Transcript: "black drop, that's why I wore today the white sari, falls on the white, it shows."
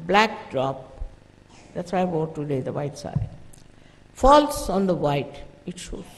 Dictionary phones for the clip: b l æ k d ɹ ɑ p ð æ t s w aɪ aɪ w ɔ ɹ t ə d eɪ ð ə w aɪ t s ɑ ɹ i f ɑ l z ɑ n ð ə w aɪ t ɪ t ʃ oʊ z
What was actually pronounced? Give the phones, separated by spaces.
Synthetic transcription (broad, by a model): b l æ k d ɹ ɑ p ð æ t s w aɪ aɪ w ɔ t ə d eɪ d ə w aɪ t s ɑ i f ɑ l s ɑ n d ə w aɪ t ɪ t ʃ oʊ